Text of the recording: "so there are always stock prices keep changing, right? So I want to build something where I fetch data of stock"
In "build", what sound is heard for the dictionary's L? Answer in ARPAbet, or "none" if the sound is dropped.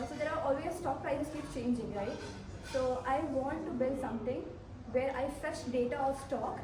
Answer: L